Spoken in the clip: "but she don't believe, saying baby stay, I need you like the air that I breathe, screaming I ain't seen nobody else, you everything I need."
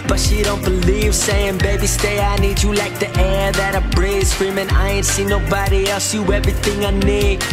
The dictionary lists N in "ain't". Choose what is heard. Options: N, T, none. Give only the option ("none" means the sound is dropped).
N